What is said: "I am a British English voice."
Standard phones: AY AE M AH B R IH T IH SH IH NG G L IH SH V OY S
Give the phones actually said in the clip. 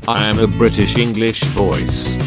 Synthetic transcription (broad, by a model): AY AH M AH B R IH T IH SH IH NG G L IH SH V OY S